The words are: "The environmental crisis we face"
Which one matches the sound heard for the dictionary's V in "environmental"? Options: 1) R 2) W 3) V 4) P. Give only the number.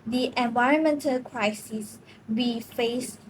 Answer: 3